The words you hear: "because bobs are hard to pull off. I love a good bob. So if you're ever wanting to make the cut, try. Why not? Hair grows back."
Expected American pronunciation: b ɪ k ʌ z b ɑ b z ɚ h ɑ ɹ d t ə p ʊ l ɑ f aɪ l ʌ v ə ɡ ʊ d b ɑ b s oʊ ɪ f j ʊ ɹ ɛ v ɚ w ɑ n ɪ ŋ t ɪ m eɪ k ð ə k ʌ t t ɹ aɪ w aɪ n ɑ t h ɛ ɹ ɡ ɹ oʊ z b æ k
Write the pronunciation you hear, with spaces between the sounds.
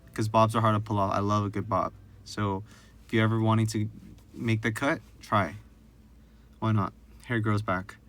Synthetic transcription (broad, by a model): k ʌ z b ɑ b z ɚ h ɑ ɹ d t ə p ʊ l ɑ f aɪ l ʌ v ə ɡ ʊ d b ɑ b s oʊ ɪ f j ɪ ɛ v ɚ w ɑ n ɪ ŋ t ɪ m eɪ k ð ə k ʌ t t ɹ aɪ w aɪ n ɑ t h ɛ ɹ ɡ ɹ oʊ z b æ k